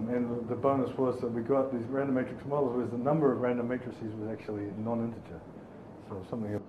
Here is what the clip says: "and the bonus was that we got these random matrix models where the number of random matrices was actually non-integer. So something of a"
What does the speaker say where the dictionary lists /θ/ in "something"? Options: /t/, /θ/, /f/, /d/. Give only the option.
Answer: /θ/